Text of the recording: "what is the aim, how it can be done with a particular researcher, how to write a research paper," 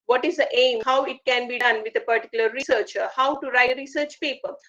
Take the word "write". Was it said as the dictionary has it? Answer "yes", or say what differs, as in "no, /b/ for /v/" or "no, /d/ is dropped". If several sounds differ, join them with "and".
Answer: no, /t/ is dropped